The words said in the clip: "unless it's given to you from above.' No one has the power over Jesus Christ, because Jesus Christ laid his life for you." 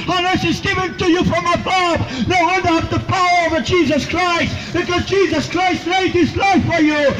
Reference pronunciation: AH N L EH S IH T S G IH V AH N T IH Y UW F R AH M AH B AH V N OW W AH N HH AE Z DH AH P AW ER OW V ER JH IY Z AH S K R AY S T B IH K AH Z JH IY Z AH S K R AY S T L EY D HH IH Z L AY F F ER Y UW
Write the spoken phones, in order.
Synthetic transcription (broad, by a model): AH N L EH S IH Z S G IH V AH N T IH Y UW F R AH M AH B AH B N OW W AH N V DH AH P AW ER OW V ER JH IY Z AH S K R AY S T B IH K AH Z JH IY Z AH S K R AY S T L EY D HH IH S L AY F F ER Y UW